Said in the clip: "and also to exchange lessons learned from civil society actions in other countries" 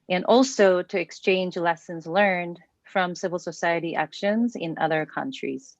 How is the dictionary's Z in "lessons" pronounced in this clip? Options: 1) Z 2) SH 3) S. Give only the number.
1